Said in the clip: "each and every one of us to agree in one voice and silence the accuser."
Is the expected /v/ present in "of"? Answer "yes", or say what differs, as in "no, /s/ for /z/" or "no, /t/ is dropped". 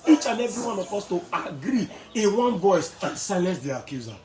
no, /p/ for /v/